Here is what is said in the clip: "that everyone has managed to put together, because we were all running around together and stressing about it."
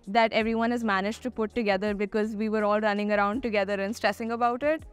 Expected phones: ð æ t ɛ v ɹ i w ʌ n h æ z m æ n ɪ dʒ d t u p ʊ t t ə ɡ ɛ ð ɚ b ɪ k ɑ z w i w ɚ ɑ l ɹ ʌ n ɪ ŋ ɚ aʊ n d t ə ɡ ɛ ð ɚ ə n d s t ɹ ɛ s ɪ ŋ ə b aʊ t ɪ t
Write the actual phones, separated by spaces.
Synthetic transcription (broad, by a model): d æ t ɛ v ɹ i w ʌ n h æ z m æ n ɪ dʒ t u p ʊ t t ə ɡ ɛ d ɚ b ɪ k ɑ z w i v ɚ ɑ l ɹ ʌ n ɪ ŋ ɚ aʊ n d t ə ɡ ɛ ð ɚ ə n s t ɹ ɛ s ɪ ŋ ə b aʊ t ɪ t